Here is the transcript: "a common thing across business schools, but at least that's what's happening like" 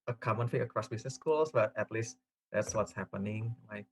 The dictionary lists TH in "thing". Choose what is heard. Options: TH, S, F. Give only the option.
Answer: F